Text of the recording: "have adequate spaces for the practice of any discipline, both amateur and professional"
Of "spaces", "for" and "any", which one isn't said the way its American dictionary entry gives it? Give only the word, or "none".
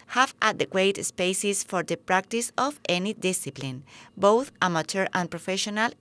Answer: spaces